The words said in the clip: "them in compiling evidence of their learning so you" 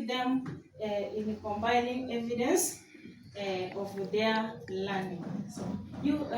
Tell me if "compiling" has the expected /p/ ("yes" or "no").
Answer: no